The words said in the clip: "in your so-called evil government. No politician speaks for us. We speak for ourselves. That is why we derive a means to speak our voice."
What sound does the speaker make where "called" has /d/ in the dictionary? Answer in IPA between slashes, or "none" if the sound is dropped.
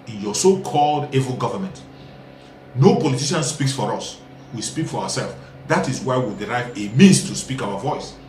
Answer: /d/